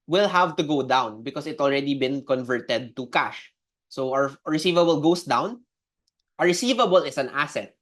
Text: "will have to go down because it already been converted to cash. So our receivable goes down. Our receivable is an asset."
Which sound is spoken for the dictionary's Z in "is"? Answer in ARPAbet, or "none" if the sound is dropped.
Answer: S